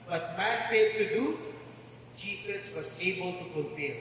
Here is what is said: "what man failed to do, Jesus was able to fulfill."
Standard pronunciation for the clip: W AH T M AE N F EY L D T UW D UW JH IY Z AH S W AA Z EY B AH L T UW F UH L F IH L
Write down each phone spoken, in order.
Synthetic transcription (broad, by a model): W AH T M AE N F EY D T UW D UW JH IY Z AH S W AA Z EY B AH L T UW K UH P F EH